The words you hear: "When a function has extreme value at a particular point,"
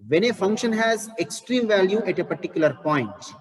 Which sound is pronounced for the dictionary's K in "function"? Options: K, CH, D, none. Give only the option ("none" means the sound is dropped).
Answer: K